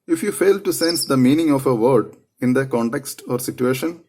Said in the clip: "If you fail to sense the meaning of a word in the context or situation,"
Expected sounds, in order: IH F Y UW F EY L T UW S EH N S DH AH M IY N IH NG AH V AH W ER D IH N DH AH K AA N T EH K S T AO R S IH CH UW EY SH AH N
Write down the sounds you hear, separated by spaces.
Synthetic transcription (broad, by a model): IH F Y UW F EY L T UW S EH N S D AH M IY N IH NG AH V AH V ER D IH N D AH K AA N T EH K S T AO R S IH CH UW EY SH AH N